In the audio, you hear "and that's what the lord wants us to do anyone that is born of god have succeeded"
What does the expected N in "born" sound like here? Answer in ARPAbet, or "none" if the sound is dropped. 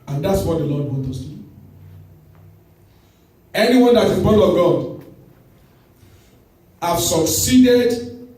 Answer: none